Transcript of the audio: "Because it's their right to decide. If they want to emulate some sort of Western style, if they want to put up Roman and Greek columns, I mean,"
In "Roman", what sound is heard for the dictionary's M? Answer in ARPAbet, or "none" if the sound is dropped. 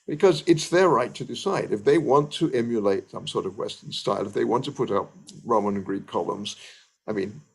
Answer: none